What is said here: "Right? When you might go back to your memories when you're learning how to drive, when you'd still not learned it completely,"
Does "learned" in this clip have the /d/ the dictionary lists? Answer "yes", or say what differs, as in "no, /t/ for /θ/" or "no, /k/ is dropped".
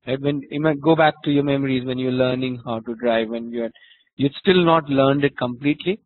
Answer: yes